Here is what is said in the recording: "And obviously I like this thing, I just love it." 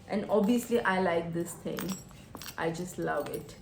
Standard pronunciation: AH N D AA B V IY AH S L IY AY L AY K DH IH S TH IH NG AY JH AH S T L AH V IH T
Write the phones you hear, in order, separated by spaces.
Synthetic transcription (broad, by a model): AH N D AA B IY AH S L IY AY L AY K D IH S T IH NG AY JH AH S T L AH V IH T